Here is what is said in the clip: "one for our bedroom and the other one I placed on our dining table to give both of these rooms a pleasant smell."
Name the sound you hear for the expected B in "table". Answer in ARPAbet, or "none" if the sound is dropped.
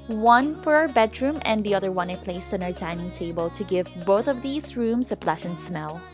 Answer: B